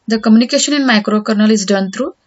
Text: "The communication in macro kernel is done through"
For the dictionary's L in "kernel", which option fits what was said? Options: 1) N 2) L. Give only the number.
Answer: 2